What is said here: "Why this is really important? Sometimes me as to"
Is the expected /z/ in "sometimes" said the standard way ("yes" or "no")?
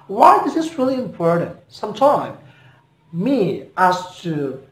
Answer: no